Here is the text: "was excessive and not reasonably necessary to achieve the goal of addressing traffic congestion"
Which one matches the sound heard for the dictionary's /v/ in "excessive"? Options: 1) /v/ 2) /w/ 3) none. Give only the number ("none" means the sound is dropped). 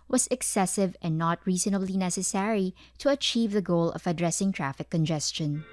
1